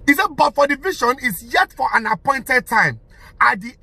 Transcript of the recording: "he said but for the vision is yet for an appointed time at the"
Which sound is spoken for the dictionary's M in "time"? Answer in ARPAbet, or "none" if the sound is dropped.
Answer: M